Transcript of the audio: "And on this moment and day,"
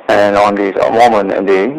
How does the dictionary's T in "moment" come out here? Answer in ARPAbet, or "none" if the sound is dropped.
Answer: none